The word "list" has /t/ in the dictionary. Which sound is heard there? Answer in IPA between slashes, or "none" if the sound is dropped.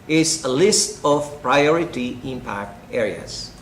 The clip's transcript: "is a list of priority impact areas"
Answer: /t/